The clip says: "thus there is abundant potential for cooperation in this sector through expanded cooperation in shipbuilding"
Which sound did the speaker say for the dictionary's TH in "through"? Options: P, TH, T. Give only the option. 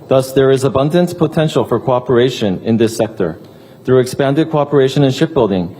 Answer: TH